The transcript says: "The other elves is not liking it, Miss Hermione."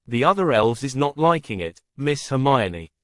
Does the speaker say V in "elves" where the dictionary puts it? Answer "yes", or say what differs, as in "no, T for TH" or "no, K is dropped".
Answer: yes